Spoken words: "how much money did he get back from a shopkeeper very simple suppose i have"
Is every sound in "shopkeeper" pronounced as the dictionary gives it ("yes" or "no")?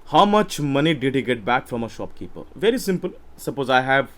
yes